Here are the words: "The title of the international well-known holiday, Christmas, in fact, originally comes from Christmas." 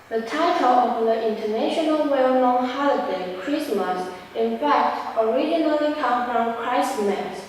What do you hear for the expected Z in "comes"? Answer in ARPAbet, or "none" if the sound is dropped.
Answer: none